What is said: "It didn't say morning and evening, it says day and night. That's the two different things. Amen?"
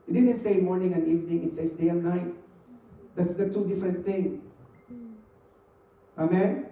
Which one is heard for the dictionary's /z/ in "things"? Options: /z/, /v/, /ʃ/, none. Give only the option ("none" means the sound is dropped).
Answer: none